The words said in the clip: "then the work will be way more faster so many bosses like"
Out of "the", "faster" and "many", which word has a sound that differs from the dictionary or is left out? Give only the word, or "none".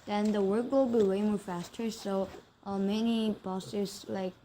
none